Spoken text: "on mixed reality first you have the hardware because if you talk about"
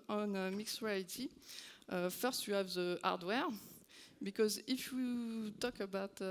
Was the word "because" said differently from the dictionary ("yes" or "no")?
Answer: no